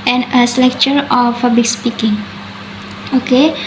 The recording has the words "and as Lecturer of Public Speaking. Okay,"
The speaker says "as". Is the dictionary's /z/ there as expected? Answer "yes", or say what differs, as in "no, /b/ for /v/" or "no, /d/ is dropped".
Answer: no, /s/ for /z/